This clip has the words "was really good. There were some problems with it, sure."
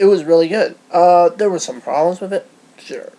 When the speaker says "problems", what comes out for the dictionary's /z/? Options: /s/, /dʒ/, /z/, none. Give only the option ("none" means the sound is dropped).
/z/